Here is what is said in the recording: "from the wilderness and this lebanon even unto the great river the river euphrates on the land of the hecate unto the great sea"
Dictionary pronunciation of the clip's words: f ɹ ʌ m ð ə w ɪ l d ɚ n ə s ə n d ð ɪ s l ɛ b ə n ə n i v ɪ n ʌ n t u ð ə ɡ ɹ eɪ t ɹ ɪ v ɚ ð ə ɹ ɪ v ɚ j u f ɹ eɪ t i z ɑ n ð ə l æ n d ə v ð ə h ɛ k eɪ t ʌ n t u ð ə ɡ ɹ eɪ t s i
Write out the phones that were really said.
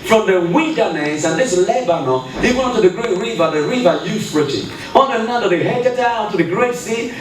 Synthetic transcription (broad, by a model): f ɹ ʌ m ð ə w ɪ n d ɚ n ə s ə n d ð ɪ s l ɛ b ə n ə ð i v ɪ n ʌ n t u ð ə ɡ ɹ eɪ t ɹ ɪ v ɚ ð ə ɹ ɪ v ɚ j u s ɹ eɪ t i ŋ ɑ n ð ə n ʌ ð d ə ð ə h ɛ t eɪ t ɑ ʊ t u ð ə ɡ ɹ eɪ t s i